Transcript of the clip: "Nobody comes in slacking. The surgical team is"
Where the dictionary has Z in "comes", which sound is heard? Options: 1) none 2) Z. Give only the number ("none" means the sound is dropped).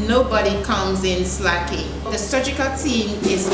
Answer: 2